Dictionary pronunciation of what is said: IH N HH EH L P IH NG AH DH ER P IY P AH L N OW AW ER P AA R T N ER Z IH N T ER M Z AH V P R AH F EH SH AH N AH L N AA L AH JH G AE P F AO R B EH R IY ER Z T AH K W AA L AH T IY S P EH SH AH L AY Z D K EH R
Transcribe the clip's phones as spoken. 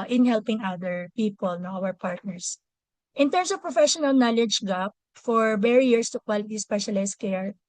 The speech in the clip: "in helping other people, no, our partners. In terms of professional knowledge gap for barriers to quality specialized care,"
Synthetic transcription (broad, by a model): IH N HH EH L P IH NG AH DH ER P IY P AH L N OW AW ER P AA R T N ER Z IH N T ER M S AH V P R AH F EH SH AH N AH L N AA L AH JH G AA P F AO R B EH R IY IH S T AH K W AA L AH T IY S P EH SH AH L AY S K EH R